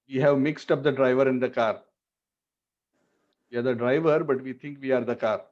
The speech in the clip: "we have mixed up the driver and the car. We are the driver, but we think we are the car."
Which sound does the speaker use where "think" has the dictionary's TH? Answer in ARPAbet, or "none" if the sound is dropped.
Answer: T